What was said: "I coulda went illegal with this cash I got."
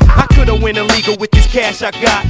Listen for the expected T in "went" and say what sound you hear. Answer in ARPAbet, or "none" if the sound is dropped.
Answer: none